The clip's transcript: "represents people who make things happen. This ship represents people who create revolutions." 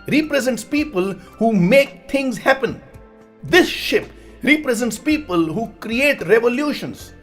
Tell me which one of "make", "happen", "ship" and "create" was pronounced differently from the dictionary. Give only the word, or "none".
none